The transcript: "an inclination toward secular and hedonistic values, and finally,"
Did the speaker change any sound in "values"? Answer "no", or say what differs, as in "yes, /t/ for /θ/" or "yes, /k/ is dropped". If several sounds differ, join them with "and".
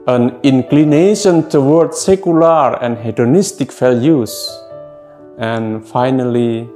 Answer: yes, /f/ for /v/